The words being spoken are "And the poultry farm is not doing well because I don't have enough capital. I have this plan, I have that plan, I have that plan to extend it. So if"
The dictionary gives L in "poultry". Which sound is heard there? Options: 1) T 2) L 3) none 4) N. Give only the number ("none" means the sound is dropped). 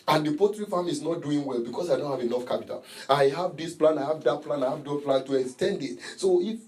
3